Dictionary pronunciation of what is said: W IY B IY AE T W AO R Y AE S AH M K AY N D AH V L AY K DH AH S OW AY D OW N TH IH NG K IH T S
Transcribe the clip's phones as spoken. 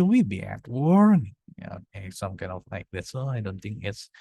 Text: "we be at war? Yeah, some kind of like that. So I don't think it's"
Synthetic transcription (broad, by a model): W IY B IY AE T W AO R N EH S AH M K AY N D AH V L AY K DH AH S OW AY D OW N TH IH NG K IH T S